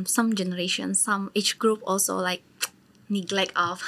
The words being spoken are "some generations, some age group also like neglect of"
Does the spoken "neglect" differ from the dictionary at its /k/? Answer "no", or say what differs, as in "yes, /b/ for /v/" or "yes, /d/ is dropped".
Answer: no